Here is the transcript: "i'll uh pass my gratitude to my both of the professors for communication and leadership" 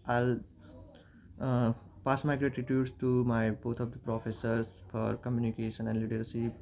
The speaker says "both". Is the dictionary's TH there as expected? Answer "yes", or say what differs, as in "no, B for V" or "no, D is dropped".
no, T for TH